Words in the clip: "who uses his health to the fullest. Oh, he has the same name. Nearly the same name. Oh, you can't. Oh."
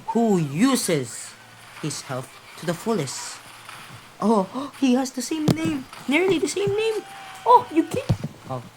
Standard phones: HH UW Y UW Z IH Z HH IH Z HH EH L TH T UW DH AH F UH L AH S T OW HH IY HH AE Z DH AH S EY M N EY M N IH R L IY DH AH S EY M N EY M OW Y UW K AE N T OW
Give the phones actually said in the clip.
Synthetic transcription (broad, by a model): HH UW Y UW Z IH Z HH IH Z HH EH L F T UW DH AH F UH L AH S T OW HH IY HH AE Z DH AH S EY M N EY M N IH R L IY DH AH S EY M N EY M OW Y UW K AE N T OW